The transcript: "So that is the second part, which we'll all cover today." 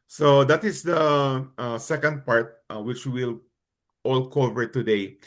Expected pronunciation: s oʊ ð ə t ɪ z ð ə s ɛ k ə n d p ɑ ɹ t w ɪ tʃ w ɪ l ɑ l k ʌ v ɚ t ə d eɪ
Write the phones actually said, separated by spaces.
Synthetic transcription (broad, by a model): s oʊ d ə t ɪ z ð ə s ɛ k ə n d p ɑ ɹ t w ɪ tʃ w ɪ l ɑ l k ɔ v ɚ t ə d eɪ